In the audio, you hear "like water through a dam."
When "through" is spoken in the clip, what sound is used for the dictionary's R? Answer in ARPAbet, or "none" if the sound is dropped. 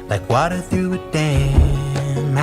none